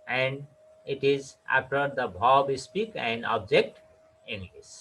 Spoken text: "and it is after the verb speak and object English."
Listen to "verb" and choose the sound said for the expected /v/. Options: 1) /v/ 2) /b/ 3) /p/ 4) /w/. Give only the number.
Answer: 2